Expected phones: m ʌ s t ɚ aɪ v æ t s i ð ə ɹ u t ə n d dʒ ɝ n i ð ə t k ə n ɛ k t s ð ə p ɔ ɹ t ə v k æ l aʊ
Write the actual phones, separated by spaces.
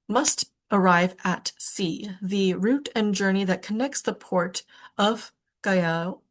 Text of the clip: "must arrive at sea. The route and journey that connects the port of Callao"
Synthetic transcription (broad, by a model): m ʌ s t ɚ aɪ v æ t s i ð ə ɹ u t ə n dʒ ɝ n i ð ə t k ə n ɛ k t s ð ə p ɔ ɹ t ə v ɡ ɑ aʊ